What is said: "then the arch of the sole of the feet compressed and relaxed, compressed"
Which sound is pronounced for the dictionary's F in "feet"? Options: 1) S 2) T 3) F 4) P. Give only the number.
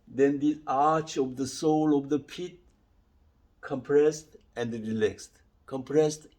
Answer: 4